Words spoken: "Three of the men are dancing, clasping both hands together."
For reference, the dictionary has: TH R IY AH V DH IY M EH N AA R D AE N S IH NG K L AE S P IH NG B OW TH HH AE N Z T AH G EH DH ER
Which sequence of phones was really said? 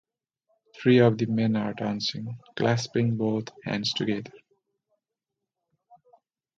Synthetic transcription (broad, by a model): T R IY AH V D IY M EH N AA R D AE N S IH NG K L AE S P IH NG B OW T HH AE N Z T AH G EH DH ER